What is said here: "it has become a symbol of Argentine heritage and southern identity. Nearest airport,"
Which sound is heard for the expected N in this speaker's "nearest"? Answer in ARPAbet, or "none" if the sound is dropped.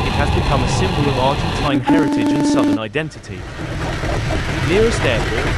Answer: L